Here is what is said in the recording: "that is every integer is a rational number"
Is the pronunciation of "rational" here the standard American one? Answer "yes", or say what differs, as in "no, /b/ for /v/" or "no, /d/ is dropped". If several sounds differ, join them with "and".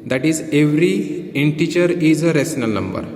no, /s/ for /ʃ/